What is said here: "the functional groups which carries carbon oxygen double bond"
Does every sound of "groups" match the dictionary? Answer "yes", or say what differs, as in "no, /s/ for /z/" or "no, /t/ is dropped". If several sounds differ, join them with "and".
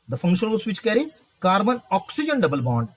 no, /p/ is dropped